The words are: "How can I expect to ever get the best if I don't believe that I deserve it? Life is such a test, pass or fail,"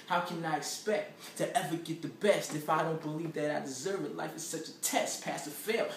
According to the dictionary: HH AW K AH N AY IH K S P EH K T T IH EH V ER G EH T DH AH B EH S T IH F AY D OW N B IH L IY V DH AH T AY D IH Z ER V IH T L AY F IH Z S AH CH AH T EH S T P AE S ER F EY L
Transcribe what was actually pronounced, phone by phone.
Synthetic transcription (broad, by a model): HH AW K AH N AY IH K S P EH K T T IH EH V ER G EH T DH AH B EH S T IH F AY D OW N B IH L IY V DH AH T AY D IH Z ER V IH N L AY F IH Z S AH CH AH T EH S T P AE S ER F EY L